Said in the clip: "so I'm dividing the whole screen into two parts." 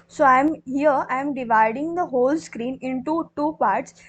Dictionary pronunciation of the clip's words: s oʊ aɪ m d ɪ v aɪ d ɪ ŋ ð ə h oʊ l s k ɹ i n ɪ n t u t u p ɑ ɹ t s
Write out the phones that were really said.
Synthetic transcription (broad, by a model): s oʊ aɪ m d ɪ v aɪ d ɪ ŋ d ə h oʊ l s k ɹ i n ɪ n t u t u p ɑ ɹ t s